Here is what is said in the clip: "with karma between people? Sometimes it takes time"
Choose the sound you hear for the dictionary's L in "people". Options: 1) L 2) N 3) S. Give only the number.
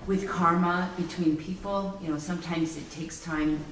2